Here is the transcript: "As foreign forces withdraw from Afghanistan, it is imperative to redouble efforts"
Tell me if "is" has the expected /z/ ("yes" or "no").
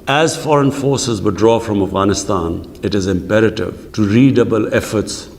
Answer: yes